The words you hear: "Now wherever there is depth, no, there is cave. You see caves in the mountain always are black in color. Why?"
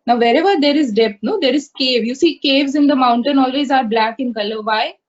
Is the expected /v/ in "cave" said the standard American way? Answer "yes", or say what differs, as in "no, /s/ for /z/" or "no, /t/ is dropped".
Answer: yes